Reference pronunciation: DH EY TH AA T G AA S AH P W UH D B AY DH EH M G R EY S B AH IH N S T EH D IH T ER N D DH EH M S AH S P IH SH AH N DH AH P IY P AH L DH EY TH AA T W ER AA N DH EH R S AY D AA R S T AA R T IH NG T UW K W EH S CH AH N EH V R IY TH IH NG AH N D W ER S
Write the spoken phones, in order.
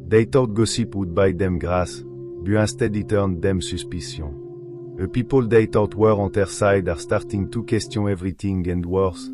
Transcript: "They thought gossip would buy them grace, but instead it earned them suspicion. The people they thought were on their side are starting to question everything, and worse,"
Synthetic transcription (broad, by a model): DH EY T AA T G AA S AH P W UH D B AY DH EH M G R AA S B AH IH S T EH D IH T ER N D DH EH M S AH S P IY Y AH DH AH P IY P AH L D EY T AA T W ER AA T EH R S AY D AA R S T AA R T IH NG T UW K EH S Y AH EH V R IY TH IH NG AH N D W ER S